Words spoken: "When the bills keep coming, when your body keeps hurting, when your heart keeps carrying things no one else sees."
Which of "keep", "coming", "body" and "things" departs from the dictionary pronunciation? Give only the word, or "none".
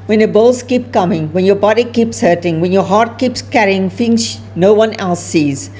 things